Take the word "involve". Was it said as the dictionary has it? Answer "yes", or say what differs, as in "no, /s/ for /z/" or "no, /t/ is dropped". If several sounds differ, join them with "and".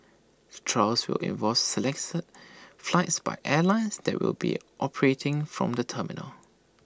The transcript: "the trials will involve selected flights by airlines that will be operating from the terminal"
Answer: no, /l/ is dropped